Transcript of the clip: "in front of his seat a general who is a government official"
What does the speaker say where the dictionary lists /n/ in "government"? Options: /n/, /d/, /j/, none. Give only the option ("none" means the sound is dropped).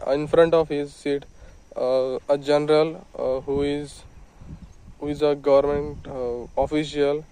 /n/